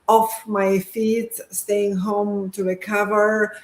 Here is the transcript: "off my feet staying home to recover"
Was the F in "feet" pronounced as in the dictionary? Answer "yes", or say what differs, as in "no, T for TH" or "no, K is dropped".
yes